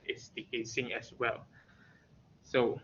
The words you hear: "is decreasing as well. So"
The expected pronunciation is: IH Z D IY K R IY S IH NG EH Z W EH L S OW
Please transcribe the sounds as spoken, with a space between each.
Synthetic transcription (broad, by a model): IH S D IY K EH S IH NG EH S W EH L S OW